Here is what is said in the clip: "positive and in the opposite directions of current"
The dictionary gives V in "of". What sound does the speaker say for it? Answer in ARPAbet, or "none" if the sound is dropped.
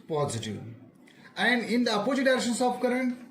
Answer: P